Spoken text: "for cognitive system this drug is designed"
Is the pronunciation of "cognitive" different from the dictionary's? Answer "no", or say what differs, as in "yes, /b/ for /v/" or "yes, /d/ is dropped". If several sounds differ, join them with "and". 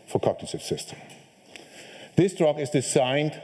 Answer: yes, /s/ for /t/